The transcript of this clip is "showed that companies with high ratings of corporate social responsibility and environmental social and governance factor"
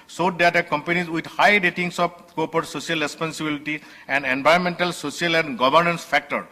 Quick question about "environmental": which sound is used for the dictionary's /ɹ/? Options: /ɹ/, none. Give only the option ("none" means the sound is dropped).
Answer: none